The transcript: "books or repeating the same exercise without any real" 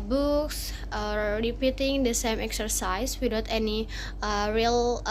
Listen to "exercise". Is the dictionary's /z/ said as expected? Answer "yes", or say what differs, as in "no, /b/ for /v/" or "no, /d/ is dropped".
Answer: no, /s/ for /z/